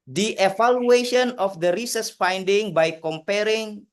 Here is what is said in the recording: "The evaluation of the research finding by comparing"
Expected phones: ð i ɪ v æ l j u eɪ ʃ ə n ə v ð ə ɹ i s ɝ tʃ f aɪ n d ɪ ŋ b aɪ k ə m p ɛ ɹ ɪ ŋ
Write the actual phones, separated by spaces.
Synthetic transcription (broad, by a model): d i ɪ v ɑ l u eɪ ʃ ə n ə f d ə ɹ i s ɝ s f aɪ n d ɪ ŋ b aɪ k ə m p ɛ ɹ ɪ ŋ